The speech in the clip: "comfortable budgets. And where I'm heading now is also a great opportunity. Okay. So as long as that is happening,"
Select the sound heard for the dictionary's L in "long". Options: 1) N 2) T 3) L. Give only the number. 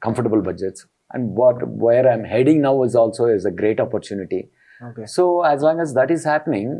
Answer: 3